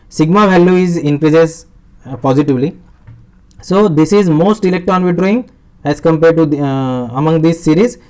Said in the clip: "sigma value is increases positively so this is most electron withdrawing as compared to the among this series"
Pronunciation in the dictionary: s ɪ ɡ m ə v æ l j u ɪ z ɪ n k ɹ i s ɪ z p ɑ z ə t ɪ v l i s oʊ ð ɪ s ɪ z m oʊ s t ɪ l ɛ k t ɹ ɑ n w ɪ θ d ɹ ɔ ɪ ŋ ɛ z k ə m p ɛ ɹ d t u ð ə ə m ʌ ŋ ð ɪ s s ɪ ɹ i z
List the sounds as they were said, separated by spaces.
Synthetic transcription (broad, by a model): s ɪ ɡ m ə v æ l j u ɪ z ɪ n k ɹ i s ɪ s p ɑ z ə t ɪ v l i s oʊ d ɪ s ɪ z m oʊ s t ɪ l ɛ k t ɑ n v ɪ d ɹ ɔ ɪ ŋ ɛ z k ə m p ɛ ɹ d t u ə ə m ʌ ŋ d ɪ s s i ɹ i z